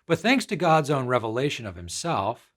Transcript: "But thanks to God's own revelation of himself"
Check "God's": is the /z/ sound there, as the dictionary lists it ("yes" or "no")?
yes